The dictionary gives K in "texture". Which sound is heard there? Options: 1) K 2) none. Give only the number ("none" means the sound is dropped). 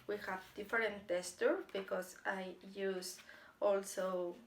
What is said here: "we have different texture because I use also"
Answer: 2